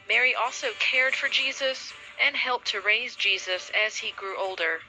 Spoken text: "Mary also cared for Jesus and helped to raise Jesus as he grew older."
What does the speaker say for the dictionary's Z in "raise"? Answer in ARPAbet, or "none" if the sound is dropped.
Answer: Z